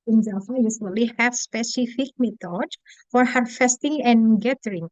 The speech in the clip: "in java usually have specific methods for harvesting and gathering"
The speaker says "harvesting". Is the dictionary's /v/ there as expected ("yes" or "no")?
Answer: no